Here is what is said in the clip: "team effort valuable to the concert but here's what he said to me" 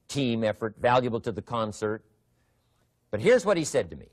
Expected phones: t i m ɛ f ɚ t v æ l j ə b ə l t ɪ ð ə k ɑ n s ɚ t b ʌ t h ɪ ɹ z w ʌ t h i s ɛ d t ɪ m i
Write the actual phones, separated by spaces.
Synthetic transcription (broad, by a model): t i m ɛ f ɚ t v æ l j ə b l t ɪ ð ə k ɑ n s ɚ t b ʌ t h ɪ ɹ z w ʌ t h i s ɛ d t ɪ m i